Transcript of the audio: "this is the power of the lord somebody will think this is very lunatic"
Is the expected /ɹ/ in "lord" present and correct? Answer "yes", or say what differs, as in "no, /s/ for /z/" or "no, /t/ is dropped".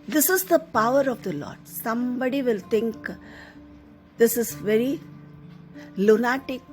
yes